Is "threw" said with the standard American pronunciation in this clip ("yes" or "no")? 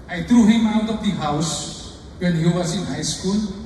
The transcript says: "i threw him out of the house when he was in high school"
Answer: no